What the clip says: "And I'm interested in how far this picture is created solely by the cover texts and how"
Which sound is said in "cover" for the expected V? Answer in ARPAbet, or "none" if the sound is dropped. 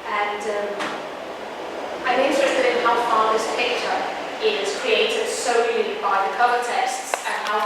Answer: none